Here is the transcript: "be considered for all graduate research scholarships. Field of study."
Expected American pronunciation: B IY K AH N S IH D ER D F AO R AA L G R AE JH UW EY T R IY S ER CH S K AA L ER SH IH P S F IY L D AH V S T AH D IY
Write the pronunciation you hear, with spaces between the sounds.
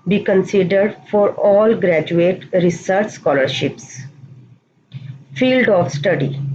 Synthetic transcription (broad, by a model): B IY K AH N S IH D ER D F AO R AA L G R AE JH UW EY T R IY S ER CH S K AA L ER SH IH P S F IY L D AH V S T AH D IY